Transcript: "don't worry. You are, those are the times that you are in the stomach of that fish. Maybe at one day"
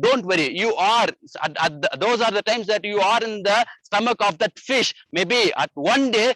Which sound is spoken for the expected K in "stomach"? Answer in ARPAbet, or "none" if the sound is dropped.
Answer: K